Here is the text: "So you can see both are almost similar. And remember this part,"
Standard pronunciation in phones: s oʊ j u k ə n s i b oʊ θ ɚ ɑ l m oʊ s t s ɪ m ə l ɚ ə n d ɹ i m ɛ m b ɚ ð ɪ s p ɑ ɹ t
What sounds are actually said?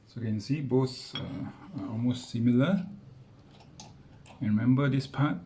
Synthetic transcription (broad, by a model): s oʊ k ə n s i b oʊ s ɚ ɑ l m oʊ s t s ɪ m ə l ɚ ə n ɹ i m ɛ m b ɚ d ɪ s p ɑ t